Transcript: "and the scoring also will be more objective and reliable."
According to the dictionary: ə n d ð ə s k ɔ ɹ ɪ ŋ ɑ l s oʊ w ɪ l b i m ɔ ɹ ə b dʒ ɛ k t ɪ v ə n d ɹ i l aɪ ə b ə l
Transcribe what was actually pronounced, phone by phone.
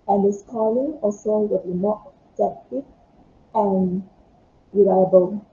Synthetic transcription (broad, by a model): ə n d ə s k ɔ l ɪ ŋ ɑ l s oʊ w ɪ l b i m ɔ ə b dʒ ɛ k t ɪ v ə n ɹ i l aɪ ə b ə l